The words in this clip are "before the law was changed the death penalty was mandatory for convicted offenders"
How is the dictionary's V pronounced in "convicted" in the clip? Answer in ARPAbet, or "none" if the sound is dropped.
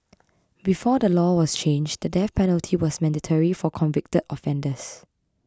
V